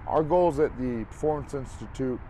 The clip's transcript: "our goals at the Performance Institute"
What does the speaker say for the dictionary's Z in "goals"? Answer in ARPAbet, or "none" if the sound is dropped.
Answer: Z